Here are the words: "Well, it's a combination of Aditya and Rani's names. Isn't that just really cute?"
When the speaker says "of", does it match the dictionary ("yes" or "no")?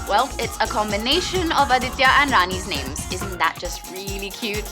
yes